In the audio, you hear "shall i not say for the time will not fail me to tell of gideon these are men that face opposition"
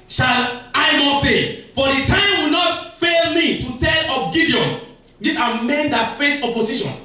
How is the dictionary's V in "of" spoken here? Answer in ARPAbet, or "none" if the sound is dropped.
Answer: P